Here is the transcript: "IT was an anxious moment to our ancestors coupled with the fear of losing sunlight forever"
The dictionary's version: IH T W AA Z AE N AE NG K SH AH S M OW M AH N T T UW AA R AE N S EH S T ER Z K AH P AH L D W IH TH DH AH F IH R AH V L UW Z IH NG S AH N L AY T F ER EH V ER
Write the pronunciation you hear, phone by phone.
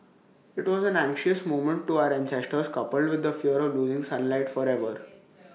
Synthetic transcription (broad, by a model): IH T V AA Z AE N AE NG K SH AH S M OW M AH N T T UW AA R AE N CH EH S T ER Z K AH P AH L D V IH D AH F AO R AH V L UW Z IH NG S AH N L AY T F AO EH V ER